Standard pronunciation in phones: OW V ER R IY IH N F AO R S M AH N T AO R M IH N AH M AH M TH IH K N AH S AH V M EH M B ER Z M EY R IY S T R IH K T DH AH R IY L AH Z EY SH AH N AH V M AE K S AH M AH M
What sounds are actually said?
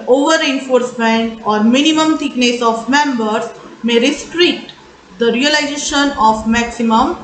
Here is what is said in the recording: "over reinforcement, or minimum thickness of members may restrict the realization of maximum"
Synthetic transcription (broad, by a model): OW V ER R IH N F AO R S M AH N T AO R M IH N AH M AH M T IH K N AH S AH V M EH M B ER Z M EY R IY S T R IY T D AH R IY L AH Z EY SH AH N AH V M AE K S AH M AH M